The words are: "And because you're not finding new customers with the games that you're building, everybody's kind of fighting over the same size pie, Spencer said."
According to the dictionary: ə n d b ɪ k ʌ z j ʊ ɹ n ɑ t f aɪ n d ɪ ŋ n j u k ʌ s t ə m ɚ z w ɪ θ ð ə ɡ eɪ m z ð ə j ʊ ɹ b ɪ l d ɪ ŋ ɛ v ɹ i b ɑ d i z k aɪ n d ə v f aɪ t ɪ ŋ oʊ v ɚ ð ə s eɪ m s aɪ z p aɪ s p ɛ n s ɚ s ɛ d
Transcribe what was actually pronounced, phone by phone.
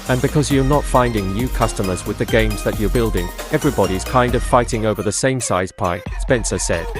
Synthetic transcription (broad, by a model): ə n b ɪ k ʌ z j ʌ ɹ n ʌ t f aɪ n d ɪ ŋ n j u k ʌ s t ə m ɚ z w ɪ ð ə ɡ eɪ m z ð ə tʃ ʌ ɹ b ɪ l d ɪ ŋ ɛ v ɹ i b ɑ d i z k aɪ n d ə v f aɪ t ɪ ŋ oʊ v ɚ ð ə s eɪ m s aɪ z p aɪ s p ɛ n s ɚ s ɛ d